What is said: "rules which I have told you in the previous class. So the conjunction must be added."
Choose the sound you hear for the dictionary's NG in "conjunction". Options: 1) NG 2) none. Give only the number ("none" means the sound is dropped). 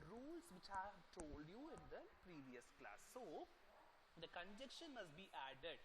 2